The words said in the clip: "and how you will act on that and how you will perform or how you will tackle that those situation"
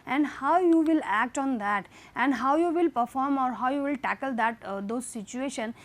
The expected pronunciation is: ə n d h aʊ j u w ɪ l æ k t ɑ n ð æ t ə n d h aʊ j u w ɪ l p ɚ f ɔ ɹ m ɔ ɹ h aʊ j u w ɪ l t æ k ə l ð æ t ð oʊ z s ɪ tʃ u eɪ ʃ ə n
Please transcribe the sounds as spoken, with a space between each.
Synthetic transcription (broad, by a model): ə n d h aʊ j u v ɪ l æ k t ɑ n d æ t ə n d h aʊ j u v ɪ l p ɚ f ɔ ɹ m ɔ ɹ h aʊ j u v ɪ l t æ k ə l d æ t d oʊ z s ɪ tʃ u eɪ ʃ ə n